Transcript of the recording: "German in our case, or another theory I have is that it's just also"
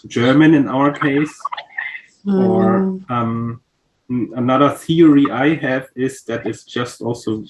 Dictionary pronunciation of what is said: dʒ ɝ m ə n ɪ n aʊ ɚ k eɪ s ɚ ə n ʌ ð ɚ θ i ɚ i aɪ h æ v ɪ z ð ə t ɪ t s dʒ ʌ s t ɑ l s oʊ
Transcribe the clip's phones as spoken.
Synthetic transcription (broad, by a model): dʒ ɝ m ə n ɪ n aʊ ɚ k eɪ s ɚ ə n ʌ ð ɚ θ i ɚ i aɪ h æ v ɪ z ð ə t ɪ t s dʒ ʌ s t ɑ l s oʊ